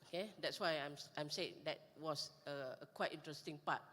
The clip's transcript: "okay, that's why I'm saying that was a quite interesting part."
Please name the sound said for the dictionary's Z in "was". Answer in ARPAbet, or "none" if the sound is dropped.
S